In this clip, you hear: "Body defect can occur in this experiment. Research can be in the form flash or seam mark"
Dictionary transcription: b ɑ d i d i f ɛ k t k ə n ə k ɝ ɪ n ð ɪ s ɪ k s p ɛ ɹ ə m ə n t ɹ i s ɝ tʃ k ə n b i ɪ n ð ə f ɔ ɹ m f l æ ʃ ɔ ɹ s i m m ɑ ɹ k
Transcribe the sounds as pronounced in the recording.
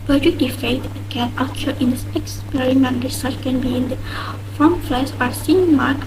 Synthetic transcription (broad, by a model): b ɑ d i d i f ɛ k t k ə n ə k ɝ ɪ n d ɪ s ɪ k s p ɛ ɹ ə m ə n t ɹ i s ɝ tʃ k ə n b i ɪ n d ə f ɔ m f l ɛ s ɔ ɹ s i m m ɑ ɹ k